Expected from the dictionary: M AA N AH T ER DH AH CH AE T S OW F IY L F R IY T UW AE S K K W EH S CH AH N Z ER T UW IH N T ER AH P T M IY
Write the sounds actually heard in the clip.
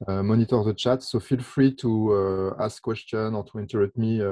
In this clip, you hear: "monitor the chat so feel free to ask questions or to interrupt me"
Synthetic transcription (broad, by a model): M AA N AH T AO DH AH CH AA T S OW F IY L F R IY T UW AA S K K W EH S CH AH N AO T UW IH N T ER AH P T M IY